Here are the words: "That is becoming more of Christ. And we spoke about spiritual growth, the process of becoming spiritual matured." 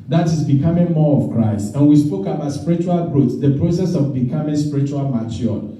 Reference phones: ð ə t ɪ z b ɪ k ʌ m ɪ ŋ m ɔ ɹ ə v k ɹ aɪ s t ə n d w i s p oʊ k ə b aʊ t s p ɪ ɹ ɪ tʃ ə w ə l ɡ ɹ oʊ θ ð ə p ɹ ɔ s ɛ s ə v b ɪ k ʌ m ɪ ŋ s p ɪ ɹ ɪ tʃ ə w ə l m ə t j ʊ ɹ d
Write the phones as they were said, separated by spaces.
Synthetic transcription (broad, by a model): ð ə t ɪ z b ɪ k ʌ m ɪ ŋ m ɔ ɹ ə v k ɹ aɪ s t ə n w i s p oʊ k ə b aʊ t s p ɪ ɹ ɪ tʃ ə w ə l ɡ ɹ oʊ s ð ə p ɹ ɔ s ɛ s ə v b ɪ k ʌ m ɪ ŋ s p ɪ ɹ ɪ tʃ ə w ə l m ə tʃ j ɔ